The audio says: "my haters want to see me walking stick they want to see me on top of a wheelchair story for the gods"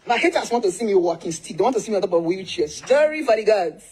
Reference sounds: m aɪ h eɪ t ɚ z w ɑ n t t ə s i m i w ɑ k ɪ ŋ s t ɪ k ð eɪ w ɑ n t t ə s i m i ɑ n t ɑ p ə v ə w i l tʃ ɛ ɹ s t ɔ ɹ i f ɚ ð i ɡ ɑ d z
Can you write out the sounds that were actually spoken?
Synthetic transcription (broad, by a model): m aɪ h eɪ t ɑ s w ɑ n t t ə s i m i w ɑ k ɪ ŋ s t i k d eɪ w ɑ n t t ə s i m i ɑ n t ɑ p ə w ə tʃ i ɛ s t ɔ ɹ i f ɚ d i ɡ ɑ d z